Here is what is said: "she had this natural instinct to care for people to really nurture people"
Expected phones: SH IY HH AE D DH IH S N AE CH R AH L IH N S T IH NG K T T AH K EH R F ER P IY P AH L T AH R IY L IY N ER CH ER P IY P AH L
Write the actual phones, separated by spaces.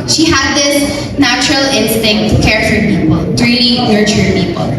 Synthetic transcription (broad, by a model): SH IY HH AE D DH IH S N AE CH R AH L IH N S T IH NG K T T K EH R F ER P IY P AH L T R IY N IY N ER CH ER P IY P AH L